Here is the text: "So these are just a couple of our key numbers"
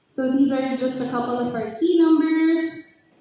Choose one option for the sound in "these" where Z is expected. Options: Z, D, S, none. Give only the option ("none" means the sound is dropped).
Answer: Z